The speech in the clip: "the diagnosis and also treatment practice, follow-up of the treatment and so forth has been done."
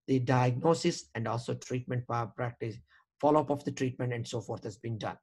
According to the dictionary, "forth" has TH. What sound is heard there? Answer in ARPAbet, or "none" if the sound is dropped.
T